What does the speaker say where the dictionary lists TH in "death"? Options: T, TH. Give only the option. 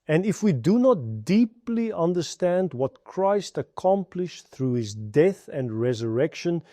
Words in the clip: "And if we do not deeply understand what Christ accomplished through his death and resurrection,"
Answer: TH